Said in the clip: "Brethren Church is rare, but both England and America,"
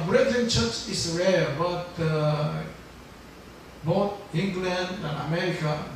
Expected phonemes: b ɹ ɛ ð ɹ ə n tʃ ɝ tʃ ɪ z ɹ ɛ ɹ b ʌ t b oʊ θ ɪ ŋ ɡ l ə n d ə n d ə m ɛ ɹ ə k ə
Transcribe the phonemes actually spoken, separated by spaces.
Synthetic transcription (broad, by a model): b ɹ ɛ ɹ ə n tʃ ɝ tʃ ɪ s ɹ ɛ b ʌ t b oʊ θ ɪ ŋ ɡ l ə n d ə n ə m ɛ ɹ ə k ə